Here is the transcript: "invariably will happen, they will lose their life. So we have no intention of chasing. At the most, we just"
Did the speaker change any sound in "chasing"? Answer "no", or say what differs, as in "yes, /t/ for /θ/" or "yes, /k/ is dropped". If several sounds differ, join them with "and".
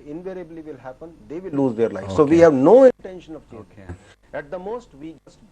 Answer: yes, /s/ is dropped